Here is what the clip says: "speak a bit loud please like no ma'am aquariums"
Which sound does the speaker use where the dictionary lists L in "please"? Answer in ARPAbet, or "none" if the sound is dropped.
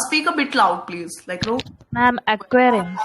L